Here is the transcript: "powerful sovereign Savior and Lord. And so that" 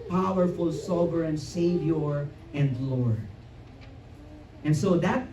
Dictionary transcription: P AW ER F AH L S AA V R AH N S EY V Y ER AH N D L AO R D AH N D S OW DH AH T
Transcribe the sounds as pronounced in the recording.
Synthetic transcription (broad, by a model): P AW ER F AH L S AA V R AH N S EY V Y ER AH N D L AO R AH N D S OW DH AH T